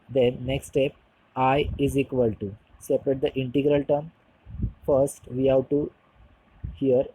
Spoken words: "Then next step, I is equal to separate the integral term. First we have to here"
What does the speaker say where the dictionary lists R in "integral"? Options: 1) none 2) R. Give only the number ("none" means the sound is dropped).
2